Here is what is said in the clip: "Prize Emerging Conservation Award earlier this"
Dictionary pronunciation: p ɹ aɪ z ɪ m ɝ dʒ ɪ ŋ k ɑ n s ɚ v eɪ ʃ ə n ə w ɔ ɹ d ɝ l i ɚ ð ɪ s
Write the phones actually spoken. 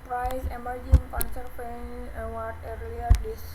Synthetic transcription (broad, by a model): p ɹ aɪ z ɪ m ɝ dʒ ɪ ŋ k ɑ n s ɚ p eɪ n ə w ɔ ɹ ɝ l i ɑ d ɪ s